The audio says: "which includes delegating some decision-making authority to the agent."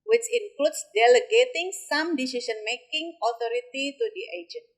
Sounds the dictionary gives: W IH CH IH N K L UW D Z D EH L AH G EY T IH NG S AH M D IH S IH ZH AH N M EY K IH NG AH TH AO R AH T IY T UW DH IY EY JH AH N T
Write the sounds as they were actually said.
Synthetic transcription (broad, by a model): W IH CH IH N K L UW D S D EH L AH G EY T IH NG S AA M D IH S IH S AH N M EY K IH NG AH T AO R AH T IY T UW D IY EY JH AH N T